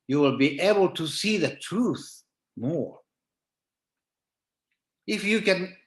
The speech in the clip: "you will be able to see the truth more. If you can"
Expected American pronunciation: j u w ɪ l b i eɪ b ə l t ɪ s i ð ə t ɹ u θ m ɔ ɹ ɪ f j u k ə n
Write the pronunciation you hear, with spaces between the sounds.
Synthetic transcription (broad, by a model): j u w ɪ l b i eɪ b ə l t ɪ s i ð ə t ɹ u θ m ɔ ɹ ɪ f j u k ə n